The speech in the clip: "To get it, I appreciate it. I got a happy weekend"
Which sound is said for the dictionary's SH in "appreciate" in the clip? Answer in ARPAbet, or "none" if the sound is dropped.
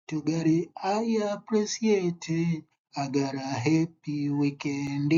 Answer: S